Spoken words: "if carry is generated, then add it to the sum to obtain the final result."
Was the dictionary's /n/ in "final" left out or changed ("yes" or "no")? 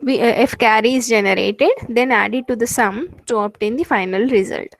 no